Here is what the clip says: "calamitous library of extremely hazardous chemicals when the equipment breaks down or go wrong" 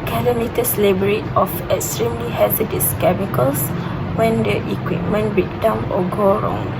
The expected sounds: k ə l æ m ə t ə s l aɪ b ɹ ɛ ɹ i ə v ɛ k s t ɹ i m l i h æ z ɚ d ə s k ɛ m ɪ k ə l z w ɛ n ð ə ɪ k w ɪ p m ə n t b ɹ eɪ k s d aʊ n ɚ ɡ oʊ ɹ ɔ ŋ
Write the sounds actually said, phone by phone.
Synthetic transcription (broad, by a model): k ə l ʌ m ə t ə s l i b ɛ ɹ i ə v ɛ k s t ɹ i m l i h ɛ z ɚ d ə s k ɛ m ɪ k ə l s w ɛ n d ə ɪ k w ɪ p m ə n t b i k d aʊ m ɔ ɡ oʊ ɹ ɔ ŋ